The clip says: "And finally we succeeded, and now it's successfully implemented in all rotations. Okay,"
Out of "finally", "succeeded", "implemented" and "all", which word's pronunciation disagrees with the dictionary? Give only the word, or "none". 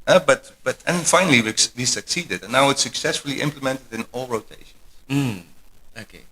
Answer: finally